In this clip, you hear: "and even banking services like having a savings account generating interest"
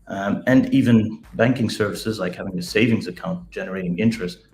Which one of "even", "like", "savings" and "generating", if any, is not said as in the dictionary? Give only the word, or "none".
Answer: none